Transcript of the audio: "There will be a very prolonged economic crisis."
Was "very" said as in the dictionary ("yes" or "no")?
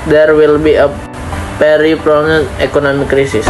no